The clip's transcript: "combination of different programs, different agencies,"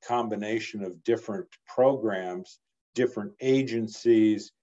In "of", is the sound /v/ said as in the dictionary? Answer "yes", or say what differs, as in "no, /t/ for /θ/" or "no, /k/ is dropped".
yes